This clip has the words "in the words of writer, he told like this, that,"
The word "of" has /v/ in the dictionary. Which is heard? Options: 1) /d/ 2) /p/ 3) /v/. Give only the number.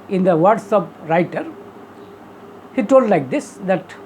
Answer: 2